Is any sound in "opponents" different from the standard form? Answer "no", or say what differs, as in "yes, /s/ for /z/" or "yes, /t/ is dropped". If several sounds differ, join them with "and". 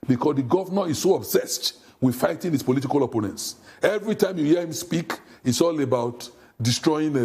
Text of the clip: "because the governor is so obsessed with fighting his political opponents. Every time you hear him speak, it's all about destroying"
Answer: no